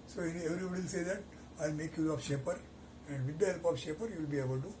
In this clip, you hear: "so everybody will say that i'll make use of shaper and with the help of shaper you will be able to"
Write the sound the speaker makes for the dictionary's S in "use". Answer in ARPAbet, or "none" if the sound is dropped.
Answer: none